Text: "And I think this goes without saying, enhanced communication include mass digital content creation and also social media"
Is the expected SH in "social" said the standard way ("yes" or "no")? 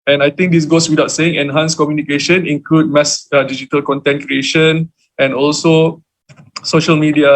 yes